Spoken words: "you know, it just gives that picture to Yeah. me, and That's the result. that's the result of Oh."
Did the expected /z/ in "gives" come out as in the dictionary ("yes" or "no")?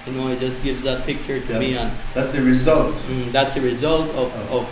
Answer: yes